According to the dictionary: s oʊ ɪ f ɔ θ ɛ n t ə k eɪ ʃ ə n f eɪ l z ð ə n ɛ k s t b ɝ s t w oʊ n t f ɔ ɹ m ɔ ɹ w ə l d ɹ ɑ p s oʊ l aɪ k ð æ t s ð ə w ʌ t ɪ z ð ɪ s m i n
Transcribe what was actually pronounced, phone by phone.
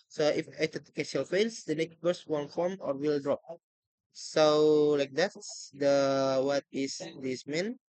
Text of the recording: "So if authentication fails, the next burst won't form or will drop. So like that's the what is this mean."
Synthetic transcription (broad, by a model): s oʊ ɪ f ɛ t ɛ t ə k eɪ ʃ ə l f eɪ l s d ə n ɛ k s t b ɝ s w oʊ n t f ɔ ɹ m ɔ ɹ w ə l d ɹ ɑ p s oʊ l aɪ k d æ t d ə w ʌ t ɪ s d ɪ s m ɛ n